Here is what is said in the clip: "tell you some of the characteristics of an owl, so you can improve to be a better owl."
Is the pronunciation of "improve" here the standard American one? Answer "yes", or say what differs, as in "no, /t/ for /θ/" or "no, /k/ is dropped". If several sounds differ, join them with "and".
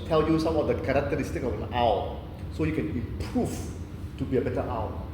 no, /m/ is dropped and /f/ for /v/